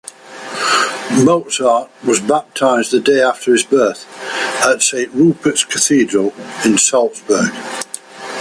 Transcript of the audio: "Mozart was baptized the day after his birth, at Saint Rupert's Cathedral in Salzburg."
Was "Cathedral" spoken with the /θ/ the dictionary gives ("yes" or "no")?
yes